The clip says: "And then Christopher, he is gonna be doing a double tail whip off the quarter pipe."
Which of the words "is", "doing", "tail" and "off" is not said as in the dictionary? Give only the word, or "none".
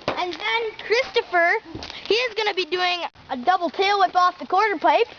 none